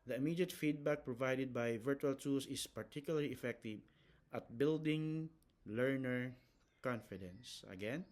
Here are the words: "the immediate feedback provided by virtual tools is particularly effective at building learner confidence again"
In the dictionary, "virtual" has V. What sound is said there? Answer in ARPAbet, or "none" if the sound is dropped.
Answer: V